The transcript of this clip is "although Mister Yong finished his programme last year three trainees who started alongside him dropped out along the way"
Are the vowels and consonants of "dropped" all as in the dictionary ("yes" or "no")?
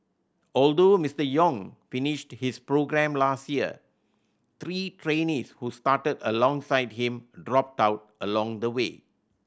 yes